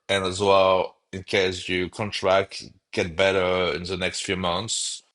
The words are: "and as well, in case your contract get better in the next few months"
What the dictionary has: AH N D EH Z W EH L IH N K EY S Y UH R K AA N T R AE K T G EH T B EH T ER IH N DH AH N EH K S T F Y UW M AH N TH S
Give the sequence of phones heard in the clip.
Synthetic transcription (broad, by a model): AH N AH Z W EH L IH N K EY S Y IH K AA N T R AE K T G EH T B EH T ER IH N DH AH N EH K S T F Y UW M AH N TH S